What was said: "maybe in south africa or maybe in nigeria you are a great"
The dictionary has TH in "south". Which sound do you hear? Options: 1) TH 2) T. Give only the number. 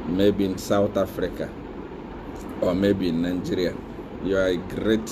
2